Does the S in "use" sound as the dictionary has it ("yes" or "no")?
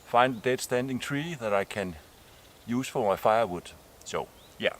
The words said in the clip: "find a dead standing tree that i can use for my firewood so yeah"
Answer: yes